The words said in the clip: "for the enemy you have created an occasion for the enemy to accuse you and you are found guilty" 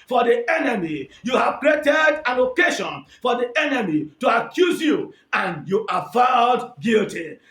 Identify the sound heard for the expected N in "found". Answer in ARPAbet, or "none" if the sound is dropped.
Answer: none